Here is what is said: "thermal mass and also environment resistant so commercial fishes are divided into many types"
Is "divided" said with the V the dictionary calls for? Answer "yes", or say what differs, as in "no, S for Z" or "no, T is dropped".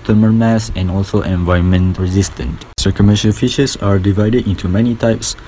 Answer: yes